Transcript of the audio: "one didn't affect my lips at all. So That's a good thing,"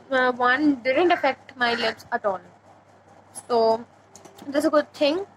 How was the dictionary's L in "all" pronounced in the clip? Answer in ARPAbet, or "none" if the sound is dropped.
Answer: N